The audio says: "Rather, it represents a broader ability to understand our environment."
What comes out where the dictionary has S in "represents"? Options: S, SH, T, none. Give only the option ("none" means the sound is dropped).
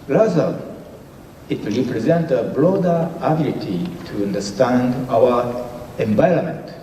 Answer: none